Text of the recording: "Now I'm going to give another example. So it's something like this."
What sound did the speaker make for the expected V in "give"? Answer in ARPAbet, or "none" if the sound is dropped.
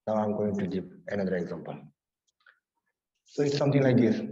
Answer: P